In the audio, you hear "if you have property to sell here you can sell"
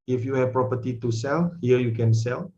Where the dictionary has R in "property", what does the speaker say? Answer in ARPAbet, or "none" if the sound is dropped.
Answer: R